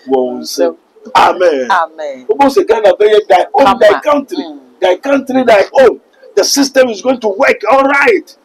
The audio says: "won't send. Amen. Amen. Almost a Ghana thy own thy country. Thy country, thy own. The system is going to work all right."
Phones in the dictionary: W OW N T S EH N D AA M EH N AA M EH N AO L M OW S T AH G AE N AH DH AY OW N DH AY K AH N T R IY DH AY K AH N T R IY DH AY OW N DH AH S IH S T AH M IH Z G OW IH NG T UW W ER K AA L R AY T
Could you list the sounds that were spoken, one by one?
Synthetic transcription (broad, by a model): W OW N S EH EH AA M EH N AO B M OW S AH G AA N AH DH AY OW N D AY K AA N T R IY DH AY K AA N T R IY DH AY OW N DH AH S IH S T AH M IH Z G OW IH NG T UW W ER K AA L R AY T